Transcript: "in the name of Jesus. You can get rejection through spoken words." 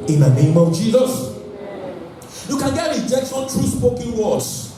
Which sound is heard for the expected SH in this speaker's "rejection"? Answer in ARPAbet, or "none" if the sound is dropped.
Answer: S